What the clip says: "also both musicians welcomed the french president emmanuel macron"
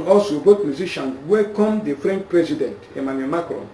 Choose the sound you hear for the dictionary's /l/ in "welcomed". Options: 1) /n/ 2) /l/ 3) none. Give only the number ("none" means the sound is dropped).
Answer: 3